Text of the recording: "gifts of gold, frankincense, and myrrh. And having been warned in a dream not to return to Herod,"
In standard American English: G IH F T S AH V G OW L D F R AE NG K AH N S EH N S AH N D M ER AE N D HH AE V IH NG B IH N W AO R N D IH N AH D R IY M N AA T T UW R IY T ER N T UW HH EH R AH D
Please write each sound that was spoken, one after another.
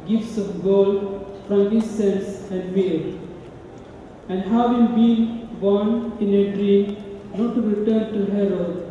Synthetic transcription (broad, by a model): G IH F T S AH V G OW L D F R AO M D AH S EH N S AH N D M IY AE N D HH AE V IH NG B IH N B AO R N IH N AH D R IY M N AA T T UW R IY T ER N T UW HH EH R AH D